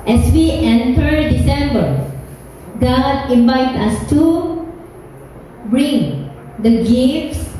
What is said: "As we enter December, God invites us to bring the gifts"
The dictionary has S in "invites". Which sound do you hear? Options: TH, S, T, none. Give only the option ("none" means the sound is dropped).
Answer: none